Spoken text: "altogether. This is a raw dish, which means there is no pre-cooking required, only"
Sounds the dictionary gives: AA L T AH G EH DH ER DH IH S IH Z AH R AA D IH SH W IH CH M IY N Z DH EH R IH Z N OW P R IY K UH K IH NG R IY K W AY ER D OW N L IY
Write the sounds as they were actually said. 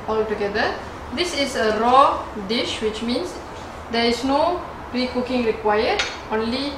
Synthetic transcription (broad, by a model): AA L T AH G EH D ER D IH S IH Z AH R AA D IH SH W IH CH M IY N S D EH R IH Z N OW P R IY K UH K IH NG R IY K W AY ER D OW N L IY